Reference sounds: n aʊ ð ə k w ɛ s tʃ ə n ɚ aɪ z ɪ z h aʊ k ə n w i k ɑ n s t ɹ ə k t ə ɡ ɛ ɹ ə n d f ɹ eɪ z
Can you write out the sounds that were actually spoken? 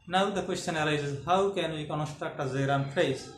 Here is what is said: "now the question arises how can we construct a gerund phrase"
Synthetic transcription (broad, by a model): n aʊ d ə k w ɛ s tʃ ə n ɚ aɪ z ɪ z h aʊ k ə n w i k ɑ n s t ɹ ə k t ə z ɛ ɹ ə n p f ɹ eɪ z